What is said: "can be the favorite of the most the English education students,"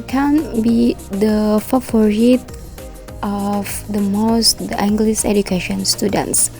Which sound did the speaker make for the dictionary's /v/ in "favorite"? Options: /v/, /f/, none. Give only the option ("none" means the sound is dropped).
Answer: /f/